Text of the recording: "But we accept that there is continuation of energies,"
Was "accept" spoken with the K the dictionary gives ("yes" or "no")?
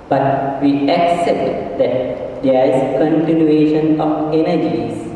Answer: yes